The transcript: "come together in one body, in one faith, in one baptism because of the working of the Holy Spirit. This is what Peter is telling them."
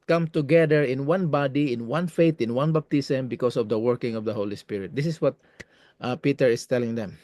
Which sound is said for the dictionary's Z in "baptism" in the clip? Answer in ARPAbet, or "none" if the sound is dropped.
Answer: S